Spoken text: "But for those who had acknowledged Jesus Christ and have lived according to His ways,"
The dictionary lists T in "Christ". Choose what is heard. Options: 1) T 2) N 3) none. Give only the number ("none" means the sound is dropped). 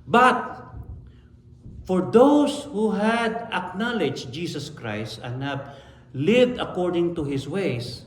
1